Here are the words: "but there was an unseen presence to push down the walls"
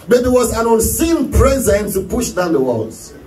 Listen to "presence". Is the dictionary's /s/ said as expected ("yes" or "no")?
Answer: no